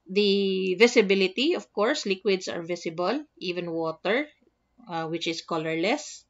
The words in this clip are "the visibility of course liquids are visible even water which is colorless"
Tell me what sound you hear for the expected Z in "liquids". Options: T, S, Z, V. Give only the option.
S